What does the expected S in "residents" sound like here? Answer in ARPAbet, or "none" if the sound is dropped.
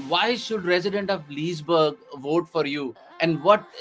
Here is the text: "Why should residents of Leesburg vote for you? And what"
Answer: none